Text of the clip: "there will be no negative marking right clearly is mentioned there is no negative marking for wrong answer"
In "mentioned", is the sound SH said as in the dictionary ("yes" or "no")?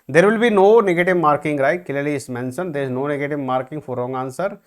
no